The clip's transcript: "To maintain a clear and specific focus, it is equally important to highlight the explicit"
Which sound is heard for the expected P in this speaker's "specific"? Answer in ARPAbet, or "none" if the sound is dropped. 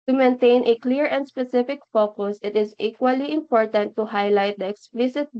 P